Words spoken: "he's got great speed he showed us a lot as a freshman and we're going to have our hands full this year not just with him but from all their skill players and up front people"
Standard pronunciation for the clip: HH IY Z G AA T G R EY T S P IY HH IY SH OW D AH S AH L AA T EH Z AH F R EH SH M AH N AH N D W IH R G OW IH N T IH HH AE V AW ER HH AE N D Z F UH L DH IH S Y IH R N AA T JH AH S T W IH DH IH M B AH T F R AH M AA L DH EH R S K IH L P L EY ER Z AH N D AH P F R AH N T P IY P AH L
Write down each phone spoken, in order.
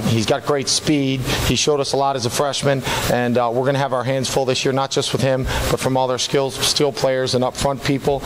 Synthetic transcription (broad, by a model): HH IY Z G AA T G R EY T S P IY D IY SH OW D AH S AH L AA T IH Z AH F R EH SH M AH N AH N W IH R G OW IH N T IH V AW ER HH AE N D Z F UH L DH IH S Y IH R N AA T JH AH S T W IH DH IH M B AH T F R AH M AA L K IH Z S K IH L P L EY ER Z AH N AH P F R AH N P IY P L